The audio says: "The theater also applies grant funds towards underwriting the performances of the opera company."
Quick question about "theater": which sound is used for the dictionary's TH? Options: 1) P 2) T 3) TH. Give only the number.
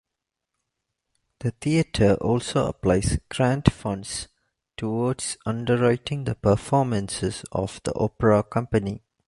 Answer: 2